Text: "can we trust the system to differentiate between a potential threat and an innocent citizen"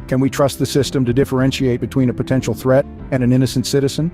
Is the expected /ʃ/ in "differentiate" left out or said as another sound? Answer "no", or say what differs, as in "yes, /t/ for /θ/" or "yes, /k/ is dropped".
no